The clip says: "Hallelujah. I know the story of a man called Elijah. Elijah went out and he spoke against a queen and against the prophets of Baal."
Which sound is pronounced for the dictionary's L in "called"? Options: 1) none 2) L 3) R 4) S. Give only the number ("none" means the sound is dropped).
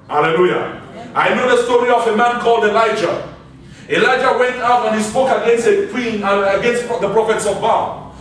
2